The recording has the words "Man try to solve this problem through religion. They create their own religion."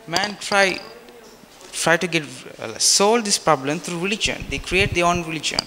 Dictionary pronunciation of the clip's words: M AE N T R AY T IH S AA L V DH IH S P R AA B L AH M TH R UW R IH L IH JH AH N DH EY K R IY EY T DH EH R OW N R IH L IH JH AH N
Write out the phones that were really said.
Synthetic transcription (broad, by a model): M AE N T R AY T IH S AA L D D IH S P R AA B L AH M T R UW R IH L IH JH AH N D EY K R IY EY T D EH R OW N R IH L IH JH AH N